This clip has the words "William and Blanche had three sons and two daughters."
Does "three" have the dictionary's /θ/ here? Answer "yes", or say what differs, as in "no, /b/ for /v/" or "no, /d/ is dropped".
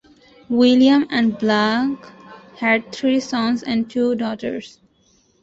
no, /t/ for /θ/